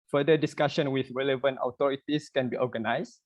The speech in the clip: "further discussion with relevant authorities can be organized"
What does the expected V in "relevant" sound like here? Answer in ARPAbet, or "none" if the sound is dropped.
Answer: V